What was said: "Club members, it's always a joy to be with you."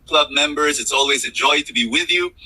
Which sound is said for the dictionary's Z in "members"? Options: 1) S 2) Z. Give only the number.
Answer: 2